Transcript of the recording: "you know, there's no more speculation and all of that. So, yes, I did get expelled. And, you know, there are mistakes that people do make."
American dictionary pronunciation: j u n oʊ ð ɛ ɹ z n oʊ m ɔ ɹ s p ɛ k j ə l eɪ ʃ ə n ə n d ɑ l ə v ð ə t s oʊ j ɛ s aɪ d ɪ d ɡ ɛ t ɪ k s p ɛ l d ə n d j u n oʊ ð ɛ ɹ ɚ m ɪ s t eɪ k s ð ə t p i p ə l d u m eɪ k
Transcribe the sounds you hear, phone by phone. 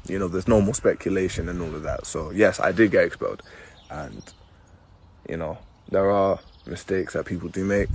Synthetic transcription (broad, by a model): j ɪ n oʊ ð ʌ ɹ z n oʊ m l s p ɛ k j ə l eɪ ʃ ə n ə n ɑ l ə v ð ə t s oʊ j ɛ s aɪ d ɪ d ɡ ɛ t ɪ k s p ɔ d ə n j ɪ n oʊ ð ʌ ɹ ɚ m ɪ s t eɪ k s ð ə t p i p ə l d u m eɪ k